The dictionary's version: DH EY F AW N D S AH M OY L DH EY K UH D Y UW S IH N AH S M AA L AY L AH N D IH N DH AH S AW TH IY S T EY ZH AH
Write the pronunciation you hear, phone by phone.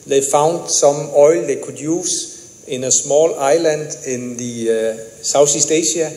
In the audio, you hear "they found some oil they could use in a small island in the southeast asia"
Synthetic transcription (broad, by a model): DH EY F AW N D S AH M OY L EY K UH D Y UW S IH N AH S M AA L AY L AH N D IH N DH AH S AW S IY S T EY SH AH